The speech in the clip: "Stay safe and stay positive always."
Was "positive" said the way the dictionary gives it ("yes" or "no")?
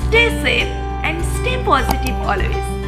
no